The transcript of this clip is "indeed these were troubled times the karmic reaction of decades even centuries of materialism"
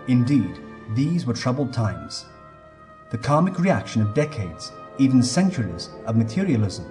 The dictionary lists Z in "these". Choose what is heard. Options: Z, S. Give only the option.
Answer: Z